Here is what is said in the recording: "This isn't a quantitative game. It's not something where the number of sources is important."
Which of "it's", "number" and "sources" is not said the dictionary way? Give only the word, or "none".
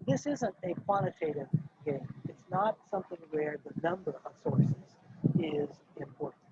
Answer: none